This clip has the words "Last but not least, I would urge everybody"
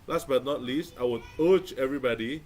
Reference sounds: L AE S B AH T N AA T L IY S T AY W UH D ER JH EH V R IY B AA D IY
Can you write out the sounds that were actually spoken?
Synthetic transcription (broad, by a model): L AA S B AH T N AA T L IY S T AY W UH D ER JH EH V R IY B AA D IY